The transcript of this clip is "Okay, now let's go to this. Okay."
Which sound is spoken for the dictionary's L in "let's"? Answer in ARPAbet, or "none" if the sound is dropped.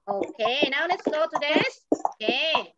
N